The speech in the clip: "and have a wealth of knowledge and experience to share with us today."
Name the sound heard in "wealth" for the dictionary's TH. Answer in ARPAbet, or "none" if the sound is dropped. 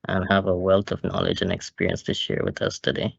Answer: T